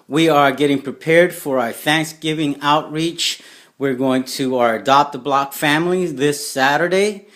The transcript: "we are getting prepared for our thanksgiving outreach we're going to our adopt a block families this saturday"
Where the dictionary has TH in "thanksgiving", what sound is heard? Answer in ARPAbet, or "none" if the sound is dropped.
TH